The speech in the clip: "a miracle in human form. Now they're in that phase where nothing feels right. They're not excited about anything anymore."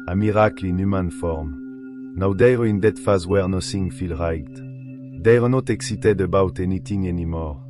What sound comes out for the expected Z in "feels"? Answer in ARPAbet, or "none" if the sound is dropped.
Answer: none